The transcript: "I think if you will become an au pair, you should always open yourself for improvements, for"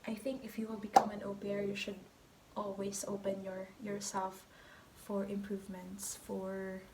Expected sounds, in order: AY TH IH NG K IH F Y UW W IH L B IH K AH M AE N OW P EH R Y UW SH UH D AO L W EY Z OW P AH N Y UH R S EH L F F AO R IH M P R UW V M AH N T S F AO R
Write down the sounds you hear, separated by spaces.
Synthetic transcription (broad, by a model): AY TH IH NG K IH F Y UW W IH L B IH K AH M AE N OW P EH R Y UW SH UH D AO L W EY S OW P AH N Y UH R S EH L F F AO R IH M P R UW V M AH N T S F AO R